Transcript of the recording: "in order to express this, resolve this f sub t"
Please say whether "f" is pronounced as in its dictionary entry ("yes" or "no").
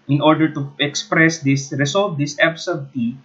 no